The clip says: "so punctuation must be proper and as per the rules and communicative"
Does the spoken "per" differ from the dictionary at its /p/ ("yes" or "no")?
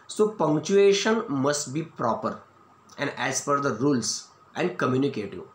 yes